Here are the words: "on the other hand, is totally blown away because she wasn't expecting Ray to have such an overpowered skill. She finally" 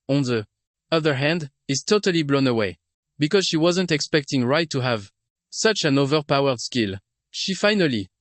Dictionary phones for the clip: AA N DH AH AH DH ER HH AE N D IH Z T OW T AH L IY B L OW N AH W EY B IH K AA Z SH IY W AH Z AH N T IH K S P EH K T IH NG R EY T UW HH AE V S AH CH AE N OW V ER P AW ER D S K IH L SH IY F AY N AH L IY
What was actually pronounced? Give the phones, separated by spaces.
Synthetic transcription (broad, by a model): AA N DH AH AH DH ER HH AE N D IH Z T OW T AH L IY B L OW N AH W EY B IH K AA Z SH IY W AH Z AH N T IH K S P EH K T IH NG R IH T UW HH AE V S AH CH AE N OW V ER P AW ER D S K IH L SH IY F AY N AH L IY